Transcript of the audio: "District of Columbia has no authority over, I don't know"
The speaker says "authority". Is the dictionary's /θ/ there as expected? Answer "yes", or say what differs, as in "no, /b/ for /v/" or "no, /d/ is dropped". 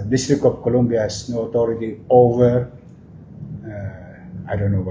no, /t/ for /θ/